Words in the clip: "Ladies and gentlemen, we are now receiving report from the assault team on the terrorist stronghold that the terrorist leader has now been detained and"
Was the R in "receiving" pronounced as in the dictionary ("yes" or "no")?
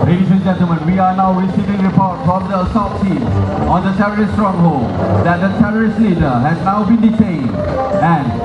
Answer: no